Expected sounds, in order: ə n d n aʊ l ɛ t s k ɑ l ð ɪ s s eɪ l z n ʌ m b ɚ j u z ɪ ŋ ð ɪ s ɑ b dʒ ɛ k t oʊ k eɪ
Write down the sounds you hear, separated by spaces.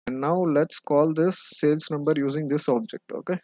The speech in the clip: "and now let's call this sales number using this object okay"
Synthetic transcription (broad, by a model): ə n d n aʊ l ɛ t s k ɑ l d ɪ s s eɪ l s n ʌ m b ɚ j u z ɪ ŋ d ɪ s ɑ b dʒ ɛ k t oʊ k eɪ